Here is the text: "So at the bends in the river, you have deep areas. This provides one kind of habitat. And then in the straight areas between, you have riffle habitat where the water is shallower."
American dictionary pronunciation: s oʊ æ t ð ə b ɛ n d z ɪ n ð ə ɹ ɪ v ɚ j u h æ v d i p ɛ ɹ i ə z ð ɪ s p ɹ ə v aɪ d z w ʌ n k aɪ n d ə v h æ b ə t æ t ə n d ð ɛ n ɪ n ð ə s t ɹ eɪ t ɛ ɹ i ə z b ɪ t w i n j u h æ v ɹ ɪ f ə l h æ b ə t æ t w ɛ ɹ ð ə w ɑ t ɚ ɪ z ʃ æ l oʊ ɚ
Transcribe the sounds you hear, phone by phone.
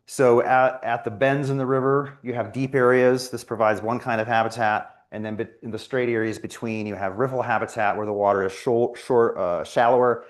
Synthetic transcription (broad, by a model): s oʊ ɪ t ð ə b ɛ n d z ɪ n ð ə ɹ ɪ v ɚ j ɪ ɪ v d i p ɛ ɹ i ə z ð ɪ s p ɹ ə v aɪ d z w ʌ n k aɪ n d ə v h æ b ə t æ t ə n ð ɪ n ɪ n ð ə s t ɹ eɪ t ɛ ɹ i ə z b ɪ t w i n j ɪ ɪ v ɹ ɪ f l h æ b ə t æ t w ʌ ɹ ð ə w ɑ t ɚ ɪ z ʃ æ l oʊ ɚ